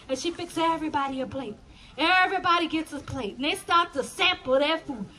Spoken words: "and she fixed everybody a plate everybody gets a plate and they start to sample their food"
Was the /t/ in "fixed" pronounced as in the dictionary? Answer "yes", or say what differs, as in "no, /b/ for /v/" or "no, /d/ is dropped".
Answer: no, /t/ is dropped